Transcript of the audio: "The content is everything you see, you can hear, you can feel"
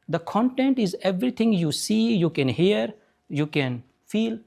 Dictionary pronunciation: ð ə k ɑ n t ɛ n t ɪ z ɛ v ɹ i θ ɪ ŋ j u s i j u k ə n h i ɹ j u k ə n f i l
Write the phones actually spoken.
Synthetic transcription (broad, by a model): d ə k ɑ n t ɛ n t ɪ z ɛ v ɹ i t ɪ ŋ j u s i j u k ə n h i ɹ j u k ə n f i l